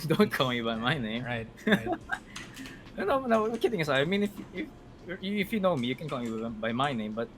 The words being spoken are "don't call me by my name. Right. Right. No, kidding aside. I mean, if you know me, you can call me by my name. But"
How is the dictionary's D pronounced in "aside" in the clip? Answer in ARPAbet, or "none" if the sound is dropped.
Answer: none